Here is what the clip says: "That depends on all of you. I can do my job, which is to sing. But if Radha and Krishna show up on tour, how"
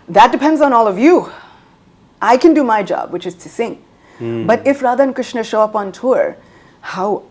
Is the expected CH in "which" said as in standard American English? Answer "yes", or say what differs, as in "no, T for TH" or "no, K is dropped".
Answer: yes